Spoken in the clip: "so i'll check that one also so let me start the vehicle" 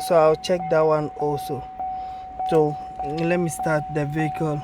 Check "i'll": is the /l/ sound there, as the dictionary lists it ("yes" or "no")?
no